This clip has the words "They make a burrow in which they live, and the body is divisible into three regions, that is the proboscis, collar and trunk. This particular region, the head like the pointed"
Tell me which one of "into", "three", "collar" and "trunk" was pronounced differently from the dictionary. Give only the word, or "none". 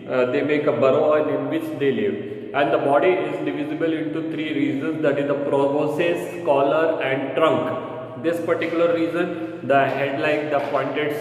three